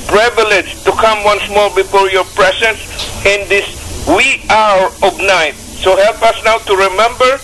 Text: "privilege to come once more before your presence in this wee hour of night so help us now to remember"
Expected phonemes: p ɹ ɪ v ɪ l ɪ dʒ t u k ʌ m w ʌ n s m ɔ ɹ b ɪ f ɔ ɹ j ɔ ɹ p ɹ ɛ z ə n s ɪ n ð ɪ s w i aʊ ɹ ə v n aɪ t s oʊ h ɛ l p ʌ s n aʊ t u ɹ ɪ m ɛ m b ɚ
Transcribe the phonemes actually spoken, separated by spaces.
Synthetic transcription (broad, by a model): p ɹ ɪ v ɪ l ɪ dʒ t u k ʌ m w ʌ n s m ɔ ɹ b ɪ f ɔ ɹ j ɔ ɹ p ɹ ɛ s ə n s ɪ n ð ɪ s w i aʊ ɹ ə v n aɪ t s oʊ h ɛ l p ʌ s n aʊ t u ɹ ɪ m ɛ m b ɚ